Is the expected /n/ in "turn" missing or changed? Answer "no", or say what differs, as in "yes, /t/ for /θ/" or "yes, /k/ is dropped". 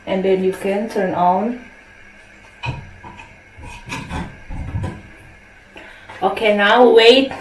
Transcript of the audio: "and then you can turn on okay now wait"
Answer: no